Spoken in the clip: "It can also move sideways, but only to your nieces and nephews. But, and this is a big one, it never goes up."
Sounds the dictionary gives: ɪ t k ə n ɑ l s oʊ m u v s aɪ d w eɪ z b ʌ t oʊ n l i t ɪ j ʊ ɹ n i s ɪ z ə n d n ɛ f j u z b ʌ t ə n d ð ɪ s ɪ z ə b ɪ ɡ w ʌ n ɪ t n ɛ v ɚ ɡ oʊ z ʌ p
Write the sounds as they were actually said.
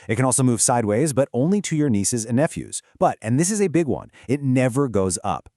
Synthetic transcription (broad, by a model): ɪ t k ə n ɑ l s oʊ m u v s aɪ d w eɪ z b ʌ t oʊ n l i t ɪ j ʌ ɹ n i s ɪ z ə n n ɛ f j u z b ʌ t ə n ð ɪ s ɪ z ə b ɪ ɡ w ʌ n ɪ t n ɛ v ɚ ɡ oʊ z ʌ p